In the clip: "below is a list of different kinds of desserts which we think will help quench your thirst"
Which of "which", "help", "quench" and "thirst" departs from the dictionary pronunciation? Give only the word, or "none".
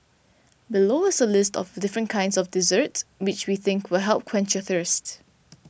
none